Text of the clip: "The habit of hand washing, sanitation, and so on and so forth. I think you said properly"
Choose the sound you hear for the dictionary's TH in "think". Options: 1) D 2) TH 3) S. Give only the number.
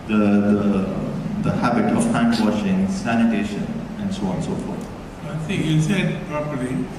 3